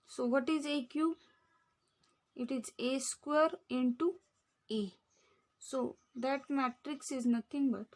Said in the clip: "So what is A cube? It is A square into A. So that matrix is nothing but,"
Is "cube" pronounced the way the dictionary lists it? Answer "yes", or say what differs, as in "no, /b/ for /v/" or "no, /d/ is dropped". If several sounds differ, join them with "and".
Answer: no, /b/ is dropped